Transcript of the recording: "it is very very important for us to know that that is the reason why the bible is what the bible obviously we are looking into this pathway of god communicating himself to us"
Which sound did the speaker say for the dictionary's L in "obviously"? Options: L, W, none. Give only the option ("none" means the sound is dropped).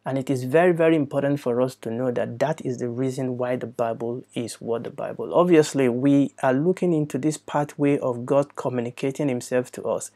L